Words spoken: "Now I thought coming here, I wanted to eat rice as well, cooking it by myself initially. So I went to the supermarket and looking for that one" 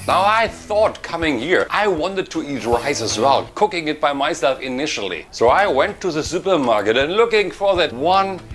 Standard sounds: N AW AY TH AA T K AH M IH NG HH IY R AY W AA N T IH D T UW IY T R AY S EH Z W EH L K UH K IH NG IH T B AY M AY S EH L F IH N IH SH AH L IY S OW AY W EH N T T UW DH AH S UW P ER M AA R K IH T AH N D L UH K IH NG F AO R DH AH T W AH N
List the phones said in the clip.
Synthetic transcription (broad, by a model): N AW AY TH AA T K AH M IH NG HH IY R AY W AA N T IH D T UW IY T R AY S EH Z W EH L K UH K IH NG IH T B AY M AY S EH L F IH N IH SH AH L IY S OW AY W EH N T T UW DH AH S UW P ER M AA R K IH T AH N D L UH K IH NG F AO R DH AH T W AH N